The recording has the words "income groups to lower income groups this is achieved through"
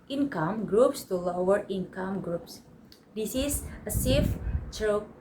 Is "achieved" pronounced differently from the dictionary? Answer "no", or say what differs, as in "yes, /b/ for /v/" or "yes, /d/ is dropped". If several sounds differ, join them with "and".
yes, /s/ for /tʃ/